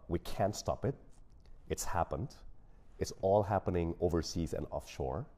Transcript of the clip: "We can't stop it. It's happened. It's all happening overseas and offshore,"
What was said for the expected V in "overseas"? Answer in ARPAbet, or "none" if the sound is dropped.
V